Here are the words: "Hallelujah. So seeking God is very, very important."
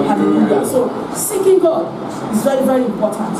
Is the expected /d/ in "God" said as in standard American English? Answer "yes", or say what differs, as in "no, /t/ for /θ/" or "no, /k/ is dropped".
no, /d/ is dropped